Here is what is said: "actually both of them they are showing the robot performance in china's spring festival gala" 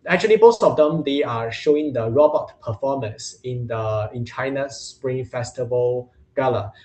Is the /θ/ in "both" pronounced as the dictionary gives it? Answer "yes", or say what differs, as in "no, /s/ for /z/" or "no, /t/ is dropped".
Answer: no, /s/ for /θ/